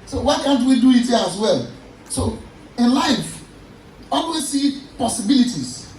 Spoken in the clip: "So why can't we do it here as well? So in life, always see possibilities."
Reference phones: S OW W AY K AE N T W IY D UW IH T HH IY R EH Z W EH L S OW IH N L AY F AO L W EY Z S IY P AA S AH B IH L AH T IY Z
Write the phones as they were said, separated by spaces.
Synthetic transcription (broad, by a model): S OW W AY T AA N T W IY D UW IH T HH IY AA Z W EH L S OW IH N L AY F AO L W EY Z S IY P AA S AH B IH L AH T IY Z